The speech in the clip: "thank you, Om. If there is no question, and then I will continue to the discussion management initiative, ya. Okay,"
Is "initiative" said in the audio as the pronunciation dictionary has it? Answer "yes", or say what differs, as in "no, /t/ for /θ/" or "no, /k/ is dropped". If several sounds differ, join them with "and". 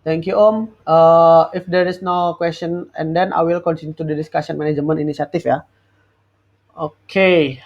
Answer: no, /s/ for /ʃ/ and /f/ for /v/